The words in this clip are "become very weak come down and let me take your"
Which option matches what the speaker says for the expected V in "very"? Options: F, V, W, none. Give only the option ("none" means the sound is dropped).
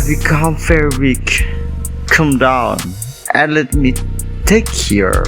F